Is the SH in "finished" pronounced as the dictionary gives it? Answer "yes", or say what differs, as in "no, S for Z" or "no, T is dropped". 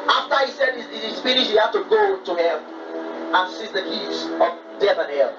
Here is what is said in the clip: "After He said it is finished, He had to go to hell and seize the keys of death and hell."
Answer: no, SH is dropped